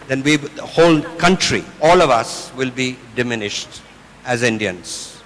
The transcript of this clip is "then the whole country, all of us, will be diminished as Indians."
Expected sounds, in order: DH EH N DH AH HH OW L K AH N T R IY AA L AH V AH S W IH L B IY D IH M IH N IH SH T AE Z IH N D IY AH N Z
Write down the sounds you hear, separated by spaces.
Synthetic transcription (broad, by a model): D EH N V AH HH OW L K AH N T R IY AA L AH V AH S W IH L B IY D IH M IH N IH SH T AE Z IH N D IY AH N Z